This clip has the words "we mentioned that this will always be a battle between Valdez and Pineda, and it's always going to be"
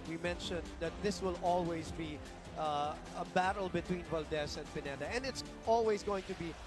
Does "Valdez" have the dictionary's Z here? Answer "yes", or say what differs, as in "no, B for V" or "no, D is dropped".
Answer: no, S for Z